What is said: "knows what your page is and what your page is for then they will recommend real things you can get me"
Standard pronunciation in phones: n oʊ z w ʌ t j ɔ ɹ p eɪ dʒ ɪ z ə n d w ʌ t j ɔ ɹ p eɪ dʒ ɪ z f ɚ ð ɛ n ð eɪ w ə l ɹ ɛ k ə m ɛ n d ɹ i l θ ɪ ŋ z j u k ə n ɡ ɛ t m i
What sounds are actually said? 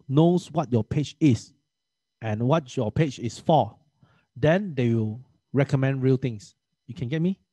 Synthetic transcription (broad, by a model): n oʊ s w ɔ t j ɔ p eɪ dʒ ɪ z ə n w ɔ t j ɔ p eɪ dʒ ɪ s f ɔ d ɛ n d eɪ w ə l ɹ ɛ k ə m ɛ n d ɹ i l t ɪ ŋ s j u k ə n ɡ ɛ t m i